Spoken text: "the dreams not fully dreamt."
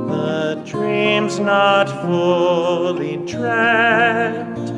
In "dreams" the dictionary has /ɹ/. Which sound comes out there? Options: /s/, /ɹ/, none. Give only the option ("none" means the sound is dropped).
/ɹ/